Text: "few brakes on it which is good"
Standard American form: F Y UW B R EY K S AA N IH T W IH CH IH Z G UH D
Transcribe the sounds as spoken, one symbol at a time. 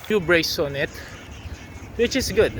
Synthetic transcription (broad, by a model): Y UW B R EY S AA N IH T W IH CH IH S G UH D